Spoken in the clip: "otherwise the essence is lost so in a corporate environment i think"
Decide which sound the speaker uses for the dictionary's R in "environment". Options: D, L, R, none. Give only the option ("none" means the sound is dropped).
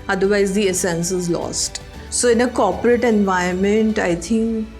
none